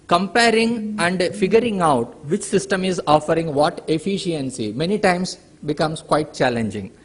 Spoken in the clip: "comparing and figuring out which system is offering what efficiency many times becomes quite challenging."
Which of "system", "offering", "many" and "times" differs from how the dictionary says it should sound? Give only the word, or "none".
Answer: times